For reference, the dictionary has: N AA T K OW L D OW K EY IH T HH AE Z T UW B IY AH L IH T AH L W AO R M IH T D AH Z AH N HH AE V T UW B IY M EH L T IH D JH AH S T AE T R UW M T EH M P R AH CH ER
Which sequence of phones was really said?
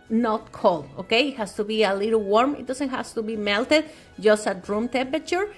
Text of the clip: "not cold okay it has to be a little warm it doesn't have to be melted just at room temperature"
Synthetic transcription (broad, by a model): N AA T K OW L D OW K EY IH T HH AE S T UW B IY AH L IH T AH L W AO R M IH T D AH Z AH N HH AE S T UW B IY M EH L T IH D JH AH S T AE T R UW M T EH M P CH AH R